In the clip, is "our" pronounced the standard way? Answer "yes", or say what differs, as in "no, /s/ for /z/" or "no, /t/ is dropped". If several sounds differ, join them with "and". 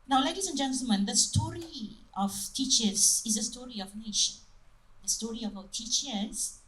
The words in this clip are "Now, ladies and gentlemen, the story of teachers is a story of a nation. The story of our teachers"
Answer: no, /w/ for /ɹ/